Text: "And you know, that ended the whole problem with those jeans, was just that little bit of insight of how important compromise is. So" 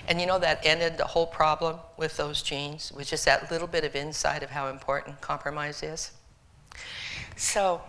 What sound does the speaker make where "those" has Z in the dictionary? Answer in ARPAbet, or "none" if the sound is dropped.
Z